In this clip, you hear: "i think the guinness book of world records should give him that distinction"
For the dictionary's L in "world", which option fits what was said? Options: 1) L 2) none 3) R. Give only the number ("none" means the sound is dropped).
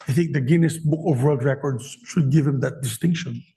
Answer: 2